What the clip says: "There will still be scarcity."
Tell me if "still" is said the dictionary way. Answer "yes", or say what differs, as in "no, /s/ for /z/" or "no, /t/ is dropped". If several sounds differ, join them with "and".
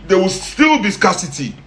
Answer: yes